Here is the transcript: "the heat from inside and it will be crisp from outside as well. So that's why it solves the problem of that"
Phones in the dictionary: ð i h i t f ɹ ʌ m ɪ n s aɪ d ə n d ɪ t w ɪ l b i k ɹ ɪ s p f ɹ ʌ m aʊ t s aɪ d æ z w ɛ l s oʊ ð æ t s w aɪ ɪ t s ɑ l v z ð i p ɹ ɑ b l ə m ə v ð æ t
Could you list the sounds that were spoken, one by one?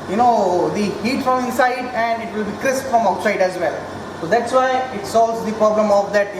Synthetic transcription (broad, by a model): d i h i t f ɹ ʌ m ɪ s aɪ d ə n d ɪ t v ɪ l b i k ɹ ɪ s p f ɹ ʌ m aʊ t s aɪ d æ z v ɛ l s oʊ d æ t s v aɪ ɪ t s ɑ l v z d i p ɹ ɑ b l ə m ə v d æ t